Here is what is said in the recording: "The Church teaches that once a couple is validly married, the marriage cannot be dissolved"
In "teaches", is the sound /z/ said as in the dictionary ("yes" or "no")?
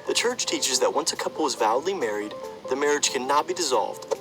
yes